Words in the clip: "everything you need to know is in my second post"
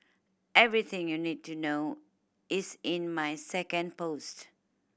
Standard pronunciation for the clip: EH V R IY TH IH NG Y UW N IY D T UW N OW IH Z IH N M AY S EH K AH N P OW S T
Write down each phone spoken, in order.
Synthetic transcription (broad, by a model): EH V R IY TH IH NG Y UW N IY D T UW N OW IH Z IH N M AY S EH K AH N P OW S T